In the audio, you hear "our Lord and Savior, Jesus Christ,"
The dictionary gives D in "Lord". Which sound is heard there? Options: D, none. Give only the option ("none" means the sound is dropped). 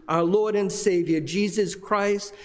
D